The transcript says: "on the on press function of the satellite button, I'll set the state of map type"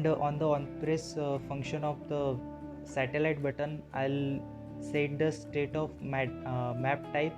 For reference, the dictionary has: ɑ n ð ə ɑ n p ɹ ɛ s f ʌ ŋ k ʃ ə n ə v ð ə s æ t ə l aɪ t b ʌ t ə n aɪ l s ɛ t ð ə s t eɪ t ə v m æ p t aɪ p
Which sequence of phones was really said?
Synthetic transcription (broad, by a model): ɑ n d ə ɑ n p ɹ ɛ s f ʌ ŋ k ʃ ə n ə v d ə s æ t ə l aɪ t b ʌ t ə n aɪ l s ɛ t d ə s t eɪ t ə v m æ p t aɪ p